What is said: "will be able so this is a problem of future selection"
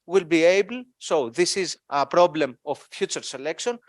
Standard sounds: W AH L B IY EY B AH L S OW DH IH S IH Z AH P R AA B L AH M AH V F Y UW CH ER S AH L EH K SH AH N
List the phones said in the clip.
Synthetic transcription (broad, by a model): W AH L B IY EY B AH L S OW DH IH S IH Z AH P R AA B L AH M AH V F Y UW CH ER S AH L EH K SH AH N